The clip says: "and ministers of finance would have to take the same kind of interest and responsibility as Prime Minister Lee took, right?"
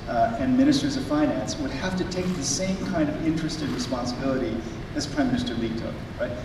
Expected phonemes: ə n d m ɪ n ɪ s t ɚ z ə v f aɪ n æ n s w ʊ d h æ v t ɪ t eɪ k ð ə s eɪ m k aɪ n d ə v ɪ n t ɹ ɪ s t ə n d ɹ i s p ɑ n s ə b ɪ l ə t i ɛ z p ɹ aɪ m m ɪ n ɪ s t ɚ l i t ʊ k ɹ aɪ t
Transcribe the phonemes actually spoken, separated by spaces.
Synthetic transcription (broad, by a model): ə n m ɪ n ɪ s t ɚ z ə v f aɪ n æ n s w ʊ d h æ f t ɪ t eɪ k ð ə s eɪ m k aɪ n d ə v ɪ n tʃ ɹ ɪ s t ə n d ɹ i s p ɑ n s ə b ɪ l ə t i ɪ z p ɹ aɪ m m ɪ n ɪ s t ɚ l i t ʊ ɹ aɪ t